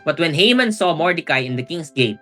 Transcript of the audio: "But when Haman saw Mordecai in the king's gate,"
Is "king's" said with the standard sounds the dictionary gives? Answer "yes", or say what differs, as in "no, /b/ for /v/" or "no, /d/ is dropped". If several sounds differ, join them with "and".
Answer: no, /s/ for /z/